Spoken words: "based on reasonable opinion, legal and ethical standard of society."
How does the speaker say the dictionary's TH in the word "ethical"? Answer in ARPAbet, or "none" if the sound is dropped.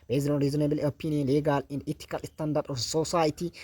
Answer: T